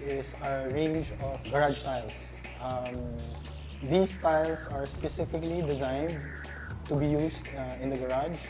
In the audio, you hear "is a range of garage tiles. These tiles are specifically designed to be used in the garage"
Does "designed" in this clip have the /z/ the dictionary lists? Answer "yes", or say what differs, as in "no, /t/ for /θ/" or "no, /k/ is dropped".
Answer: yes